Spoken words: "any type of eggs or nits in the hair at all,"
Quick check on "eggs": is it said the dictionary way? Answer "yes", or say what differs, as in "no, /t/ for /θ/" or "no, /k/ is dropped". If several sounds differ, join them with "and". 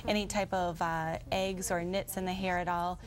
yes